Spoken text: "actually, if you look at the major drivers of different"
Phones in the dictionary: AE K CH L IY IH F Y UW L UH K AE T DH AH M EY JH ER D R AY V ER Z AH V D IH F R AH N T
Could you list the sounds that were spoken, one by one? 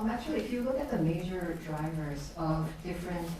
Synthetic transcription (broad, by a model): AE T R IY IH F Y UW L UH K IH T DH AH M EY JH ER D R AY V ER Z AH V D IH F R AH N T